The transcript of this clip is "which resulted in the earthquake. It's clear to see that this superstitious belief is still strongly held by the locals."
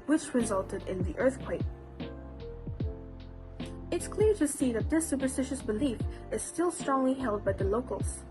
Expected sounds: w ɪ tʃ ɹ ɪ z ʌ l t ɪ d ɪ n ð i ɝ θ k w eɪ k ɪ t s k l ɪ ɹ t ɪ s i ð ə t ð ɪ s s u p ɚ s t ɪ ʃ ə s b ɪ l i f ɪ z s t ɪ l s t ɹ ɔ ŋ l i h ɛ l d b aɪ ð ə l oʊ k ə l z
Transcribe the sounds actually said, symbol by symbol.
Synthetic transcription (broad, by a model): w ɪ tʃ ɹ ɪ z ʌ l t ɪ d ɪ n ð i ɝ θ k w eɪ k ɪ t s k l ɪ ɹ t ɪ s i ð ə t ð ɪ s s u p ɚ s t ɪ ʃ ə s b ɪ l i f ɪ z s t ɪ l s t ɹ ɔ ŋ l i h ɛ l d b aɪ ð ə l oʊ k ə l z